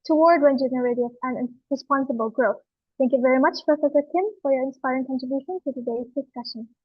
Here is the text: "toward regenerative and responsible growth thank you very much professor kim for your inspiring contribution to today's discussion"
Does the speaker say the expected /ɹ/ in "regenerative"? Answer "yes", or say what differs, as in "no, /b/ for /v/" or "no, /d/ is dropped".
no, /w/ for /ɹ/